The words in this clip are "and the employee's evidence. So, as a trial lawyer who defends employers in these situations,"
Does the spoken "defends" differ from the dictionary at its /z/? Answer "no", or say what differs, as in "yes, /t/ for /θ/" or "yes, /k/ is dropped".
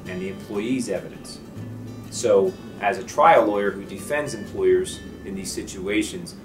no